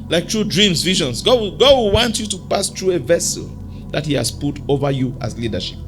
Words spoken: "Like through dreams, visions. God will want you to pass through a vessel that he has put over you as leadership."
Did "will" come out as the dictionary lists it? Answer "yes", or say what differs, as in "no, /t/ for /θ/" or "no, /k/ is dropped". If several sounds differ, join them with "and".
no, /w/ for /l/